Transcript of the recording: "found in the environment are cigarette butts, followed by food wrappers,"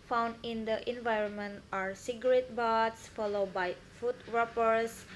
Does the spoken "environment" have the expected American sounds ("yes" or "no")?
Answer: yes